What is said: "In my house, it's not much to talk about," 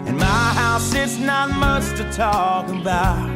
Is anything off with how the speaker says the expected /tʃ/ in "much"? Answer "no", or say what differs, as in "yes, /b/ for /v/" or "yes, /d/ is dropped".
yes, /s/ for /tʃ/